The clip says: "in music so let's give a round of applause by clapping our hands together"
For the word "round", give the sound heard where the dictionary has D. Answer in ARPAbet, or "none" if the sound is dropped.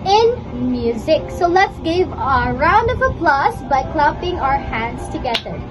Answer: D